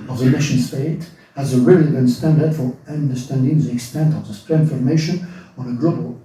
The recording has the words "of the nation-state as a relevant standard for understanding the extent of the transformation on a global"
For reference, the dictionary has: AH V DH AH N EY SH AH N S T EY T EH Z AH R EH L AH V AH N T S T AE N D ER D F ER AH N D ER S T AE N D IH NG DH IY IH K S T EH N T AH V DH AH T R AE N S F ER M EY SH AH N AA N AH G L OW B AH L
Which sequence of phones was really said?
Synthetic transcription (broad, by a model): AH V DH AH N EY SH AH N S T EY T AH Z AH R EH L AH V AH N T S T AE N D ER D F ER AH N D ER S T AE N D IH NG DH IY IH K S T EH N T AH V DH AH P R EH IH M F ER M EY SH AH N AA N AH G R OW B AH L